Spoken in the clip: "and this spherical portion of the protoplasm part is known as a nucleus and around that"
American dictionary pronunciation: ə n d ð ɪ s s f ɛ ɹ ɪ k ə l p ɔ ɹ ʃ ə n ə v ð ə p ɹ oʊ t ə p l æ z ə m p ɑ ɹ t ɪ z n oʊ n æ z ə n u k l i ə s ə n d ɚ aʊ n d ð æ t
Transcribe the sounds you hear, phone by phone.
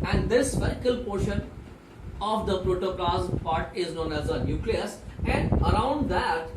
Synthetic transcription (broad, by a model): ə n d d ɪ s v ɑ ɪ k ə l p ɔ ɹ ʃ ə n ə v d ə p ɹ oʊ t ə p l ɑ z p ɑ ɹ t ɪ z n oʊ n æ z ə n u k l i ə s ə n d ɚ aʊ n d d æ t